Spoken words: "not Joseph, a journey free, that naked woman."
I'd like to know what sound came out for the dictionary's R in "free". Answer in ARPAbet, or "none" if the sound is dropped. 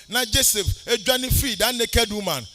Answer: none